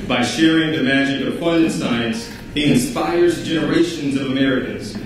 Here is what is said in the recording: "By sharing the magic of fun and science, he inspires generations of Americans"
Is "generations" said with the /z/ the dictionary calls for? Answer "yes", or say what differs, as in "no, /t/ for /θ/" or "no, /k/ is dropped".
yes